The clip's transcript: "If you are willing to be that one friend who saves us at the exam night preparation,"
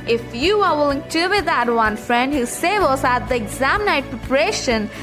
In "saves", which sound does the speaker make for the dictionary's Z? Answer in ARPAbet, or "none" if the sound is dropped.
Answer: none